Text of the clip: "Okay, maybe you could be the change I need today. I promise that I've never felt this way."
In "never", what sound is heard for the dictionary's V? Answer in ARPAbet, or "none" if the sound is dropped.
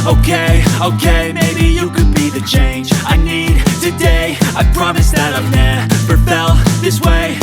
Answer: P